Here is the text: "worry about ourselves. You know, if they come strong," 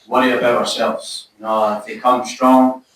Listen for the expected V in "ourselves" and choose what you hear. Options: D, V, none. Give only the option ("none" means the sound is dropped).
V